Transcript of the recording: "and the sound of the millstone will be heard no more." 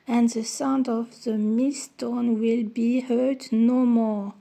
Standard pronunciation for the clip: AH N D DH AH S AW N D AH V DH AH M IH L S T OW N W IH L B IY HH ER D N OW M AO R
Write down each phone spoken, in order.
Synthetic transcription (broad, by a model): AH N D DH AH S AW N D AH V DH AH M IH S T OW N W IH L B IY HH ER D N OW M AO R